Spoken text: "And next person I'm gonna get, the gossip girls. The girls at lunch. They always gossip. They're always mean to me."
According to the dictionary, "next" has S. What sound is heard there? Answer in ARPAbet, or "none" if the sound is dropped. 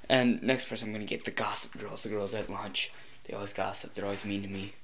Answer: S